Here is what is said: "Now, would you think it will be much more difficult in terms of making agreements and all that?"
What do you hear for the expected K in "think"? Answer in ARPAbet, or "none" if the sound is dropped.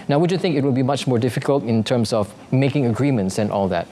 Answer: K